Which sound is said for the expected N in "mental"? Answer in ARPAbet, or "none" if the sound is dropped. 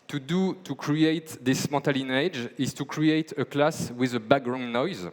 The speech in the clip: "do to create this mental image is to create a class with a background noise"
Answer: none